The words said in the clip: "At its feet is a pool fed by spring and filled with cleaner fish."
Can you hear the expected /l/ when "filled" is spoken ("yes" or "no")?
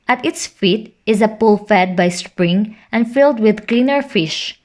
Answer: yes